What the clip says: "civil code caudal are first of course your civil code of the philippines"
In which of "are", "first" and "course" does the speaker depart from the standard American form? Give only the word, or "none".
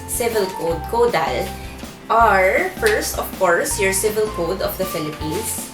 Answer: none